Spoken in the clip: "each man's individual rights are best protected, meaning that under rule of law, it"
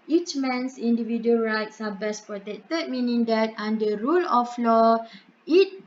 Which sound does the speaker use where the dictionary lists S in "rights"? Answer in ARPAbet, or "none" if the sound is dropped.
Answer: S